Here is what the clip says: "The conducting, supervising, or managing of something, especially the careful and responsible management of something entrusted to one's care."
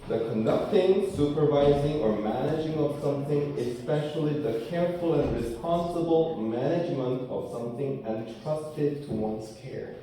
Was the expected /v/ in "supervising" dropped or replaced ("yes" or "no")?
no